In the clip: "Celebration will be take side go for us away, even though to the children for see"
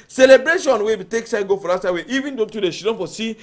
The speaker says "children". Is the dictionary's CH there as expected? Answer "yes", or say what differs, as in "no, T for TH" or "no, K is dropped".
no, SH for CH